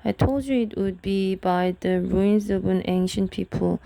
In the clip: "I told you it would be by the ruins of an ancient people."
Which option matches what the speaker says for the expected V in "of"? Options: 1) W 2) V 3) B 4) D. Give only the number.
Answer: 3